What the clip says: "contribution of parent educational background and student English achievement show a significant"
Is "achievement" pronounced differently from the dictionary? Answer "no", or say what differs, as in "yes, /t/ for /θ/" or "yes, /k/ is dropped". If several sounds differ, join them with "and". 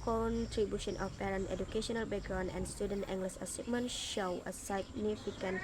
yes, /s/ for /tʃ/